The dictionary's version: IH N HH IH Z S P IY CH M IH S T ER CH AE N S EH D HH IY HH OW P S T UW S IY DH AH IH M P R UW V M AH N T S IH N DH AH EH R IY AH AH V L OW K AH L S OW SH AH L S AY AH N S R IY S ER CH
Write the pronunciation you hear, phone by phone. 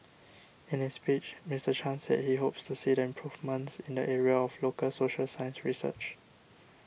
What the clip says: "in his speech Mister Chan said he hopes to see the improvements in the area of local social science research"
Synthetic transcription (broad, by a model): IH N HH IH S P IY CH M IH S T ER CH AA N S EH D HH IY HH OW P S T UW S IY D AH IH M P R UW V M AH N T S IH N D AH EH R IY AH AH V L OW K AH L S OW SH AH L S AY AH N S R IY S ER CH